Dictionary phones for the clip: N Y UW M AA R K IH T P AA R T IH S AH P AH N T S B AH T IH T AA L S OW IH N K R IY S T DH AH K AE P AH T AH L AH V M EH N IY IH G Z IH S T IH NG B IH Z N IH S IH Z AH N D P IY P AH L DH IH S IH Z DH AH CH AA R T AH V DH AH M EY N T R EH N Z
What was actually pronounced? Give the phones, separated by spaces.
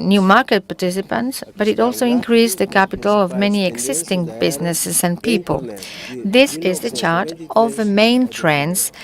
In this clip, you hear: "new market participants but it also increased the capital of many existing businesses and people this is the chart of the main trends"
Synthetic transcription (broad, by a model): N Y UW M AA R K IH T P AA R T IH S AH P AH N T S B AH T IH T AA L S OW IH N K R IY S DH AH K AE P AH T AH L AH V M EH N IY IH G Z IH S T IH NG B IH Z N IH S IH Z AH N P IY P AH L DH IH S IH Z DH AH CH AA R T AH V DH AH M EY N T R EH N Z